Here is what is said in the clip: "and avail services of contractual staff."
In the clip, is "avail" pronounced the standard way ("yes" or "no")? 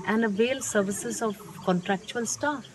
yes